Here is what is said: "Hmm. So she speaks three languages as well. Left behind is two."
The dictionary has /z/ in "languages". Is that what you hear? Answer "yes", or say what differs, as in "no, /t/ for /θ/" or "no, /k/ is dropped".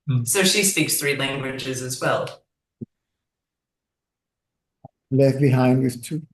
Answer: yes